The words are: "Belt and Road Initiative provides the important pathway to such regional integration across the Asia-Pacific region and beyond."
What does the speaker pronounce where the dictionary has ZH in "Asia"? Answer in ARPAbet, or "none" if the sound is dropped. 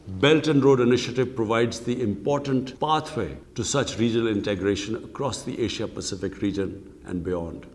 SH